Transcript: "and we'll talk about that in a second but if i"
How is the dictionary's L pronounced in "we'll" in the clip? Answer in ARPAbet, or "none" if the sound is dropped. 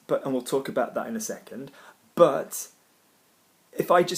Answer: L